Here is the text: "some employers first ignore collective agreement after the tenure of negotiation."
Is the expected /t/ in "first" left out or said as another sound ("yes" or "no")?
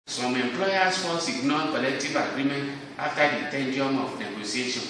yes